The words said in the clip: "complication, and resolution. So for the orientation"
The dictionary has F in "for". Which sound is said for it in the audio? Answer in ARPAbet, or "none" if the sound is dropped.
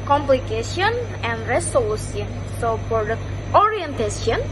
P